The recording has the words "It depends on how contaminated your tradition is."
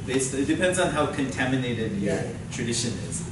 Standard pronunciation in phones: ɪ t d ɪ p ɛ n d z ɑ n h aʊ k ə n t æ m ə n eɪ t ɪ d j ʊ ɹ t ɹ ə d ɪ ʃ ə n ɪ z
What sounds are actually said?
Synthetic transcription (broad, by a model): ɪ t d ɪ p ɛ n d z n h aʊ k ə n t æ m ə n eɪ t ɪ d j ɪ t ɹ ə d ɪ ʃ ə n ɪ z